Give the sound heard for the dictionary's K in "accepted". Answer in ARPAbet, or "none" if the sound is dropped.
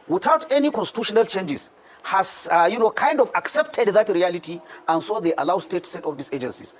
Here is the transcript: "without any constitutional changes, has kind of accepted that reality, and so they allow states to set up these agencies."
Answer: K